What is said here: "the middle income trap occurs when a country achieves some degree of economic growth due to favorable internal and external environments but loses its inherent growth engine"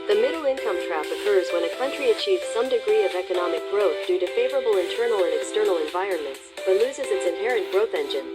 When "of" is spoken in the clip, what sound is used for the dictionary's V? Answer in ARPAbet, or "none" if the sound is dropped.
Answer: V